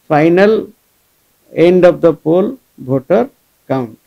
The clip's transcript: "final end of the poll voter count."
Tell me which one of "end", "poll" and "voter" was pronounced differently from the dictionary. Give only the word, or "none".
voter